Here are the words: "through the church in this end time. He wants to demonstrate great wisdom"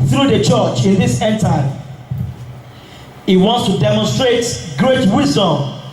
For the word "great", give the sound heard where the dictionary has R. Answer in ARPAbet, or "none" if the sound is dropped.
R